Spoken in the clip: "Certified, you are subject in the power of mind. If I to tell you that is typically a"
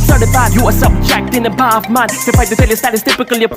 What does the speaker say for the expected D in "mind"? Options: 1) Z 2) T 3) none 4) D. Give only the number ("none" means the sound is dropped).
3